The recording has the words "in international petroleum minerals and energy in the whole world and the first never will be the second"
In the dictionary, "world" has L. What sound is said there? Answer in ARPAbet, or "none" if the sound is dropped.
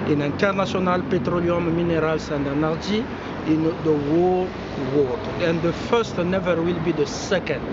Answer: none